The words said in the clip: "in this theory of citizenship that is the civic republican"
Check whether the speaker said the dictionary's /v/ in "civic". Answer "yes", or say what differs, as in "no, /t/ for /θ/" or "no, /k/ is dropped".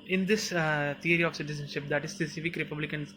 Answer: no, /f/ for /v/